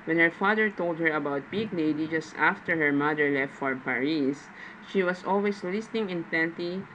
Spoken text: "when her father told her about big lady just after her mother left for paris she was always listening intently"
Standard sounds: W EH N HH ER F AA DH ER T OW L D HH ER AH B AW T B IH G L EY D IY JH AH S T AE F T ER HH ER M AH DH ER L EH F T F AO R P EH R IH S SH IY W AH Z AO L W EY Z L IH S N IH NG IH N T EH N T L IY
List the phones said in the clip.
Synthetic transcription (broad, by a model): W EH N HH ER F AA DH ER T OW L D HH ER AH B AW T B IH G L EY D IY JH AH S T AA F T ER HH ER M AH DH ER L EH F T F AO R P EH R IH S SH IY W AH S AO L W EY S L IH S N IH NG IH N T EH N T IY